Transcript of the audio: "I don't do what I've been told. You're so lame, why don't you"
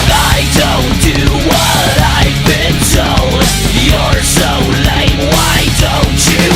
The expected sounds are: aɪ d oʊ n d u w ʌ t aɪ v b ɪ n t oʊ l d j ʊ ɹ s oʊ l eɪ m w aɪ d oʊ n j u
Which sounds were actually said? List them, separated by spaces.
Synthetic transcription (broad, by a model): aɪ d oʊ n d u w ʌ t aɪ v b ɪ n s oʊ j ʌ ɹ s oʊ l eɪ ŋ w aɪ d oʊ n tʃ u